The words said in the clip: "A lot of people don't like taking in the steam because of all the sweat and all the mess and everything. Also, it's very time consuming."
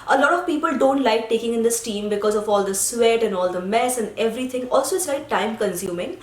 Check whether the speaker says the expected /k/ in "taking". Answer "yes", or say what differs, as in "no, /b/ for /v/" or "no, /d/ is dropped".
yes